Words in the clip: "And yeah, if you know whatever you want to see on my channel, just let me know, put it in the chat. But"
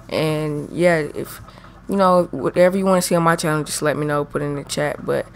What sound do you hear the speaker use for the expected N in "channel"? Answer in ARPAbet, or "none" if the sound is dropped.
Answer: none